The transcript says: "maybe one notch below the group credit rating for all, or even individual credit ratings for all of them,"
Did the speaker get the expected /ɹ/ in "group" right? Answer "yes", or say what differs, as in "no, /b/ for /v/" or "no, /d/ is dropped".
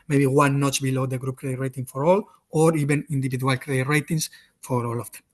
yes